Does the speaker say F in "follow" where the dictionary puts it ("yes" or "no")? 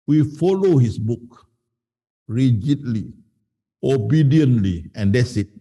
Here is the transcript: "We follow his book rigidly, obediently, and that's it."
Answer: yes